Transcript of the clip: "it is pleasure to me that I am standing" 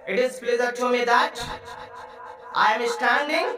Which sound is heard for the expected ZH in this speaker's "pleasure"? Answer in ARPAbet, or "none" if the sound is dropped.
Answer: Z